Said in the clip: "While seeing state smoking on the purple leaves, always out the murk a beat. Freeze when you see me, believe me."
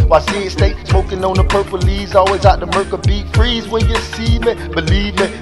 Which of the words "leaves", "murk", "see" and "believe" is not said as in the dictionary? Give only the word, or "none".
leaves